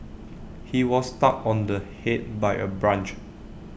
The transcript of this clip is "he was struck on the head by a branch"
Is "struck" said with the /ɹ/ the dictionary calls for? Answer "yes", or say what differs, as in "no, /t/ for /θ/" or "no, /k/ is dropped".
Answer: no, /ɹ/ is dropped